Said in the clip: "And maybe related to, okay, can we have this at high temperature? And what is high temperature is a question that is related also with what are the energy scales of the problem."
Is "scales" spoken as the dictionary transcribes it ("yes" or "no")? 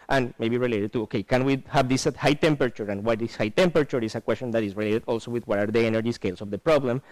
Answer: no